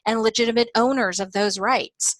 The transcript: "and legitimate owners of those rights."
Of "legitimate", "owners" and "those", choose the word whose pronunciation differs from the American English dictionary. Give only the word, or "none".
none